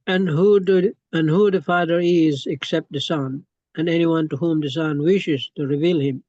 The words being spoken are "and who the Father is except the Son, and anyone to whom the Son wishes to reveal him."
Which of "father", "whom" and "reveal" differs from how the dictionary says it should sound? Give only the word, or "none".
none